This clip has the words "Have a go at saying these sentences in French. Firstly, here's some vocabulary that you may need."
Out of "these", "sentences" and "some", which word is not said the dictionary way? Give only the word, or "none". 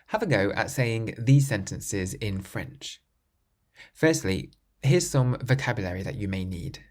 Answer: none